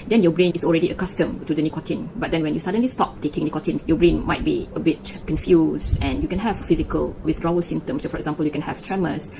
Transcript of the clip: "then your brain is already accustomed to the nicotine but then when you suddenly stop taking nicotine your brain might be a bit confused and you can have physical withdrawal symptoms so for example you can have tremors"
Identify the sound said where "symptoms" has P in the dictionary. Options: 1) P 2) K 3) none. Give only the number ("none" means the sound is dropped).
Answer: 3